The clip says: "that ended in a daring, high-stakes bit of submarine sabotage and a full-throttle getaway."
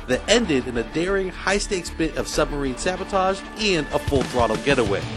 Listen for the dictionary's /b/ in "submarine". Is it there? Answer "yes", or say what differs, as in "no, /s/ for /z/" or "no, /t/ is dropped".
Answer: yes